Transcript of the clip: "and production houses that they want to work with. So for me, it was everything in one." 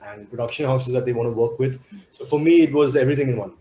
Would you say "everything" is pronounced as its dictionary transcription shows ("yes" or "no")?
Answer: no